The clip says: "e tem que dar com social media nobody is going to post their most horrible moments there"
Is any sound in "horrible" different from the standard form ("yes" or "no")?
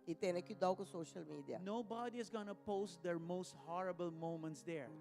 no